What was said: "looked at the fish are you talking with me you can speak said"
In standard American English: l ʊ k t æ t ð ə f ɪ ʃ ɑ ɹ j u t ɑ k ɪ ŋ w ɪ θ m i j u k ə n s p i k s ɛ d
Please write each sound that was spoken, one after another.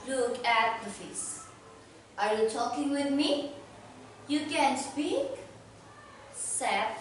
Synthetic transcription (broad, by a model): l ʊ k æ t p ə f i s ɑ ɹ j u t ɑ k ɪ ŋ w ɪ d m i j u k ə n s p i k s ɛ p